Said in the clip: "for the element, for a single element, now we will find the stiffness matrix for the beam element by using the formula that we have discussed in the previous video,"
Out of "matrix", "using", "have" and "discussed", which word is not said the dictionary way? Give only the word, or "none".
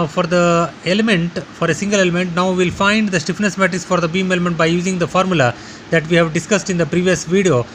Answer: matrix